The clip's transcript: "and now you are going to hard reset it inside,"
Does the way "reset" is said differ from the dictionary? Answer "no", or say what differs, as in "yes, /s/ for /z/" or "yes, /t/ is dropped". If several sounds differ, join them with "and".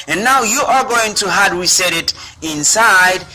yes, /w/ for /ɹ/